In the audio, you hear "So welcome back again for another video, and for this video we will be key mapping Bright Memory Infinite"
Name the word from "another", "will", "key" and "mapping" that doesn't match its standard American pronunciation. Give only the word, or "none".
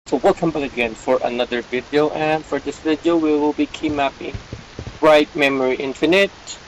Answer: none